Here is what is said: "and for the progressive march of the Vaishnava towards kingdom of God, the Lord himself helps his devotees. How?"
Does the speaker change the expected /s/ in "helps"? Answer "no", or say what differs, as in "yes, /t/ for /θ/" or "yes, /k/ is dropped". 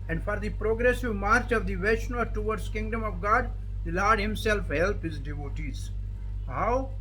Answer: yes, /s/ is dropped